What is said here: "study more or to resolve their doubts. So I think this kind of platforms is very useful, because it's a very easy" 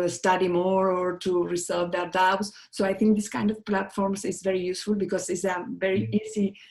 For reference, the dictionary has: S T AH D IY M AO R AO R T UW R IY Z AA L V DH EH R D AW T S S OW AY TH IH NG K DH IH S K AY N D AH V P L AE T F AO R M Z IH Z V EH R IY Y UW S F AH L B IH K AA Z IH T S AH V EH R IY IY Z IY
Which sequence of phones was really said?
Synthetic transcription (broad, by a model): S T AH D IY M AO R AO R T UW R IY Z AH V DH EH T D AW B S S OW AY T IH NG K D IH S K AY N D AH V P L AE T F AO R M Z IH Z V EH R IY Y UW S F AH L B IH K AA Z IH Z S AH V EH R IY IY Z IY